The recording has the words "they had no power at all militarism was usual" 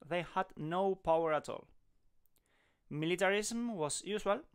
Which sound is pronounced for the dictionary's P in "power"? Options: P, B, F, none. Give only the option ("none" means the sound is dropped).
P